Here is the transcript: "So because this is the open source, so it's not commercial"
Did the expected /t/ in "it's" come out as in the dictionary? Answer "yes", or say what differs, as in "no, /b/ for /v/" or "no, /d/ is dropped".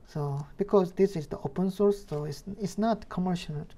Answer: no, /s/ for /t/